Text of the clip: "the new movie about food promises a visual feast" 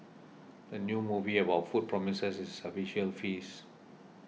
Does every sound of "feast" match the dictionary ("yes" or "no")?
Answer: no